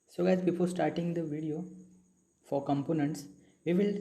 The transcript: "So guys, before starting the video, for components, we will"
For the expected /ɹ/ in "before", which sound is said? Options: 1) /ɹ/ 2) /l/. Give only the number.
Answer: 2